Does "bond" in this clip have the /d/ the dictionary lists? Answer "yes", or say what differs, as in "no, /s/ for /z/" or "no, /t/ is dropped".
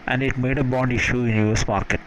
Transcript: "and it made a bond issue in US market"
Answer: yes